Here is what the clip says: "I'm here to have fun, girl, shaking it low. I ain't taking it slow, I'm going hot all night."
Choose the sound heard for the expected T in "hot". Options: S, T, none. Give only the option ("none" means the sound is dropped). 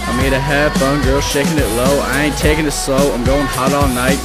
T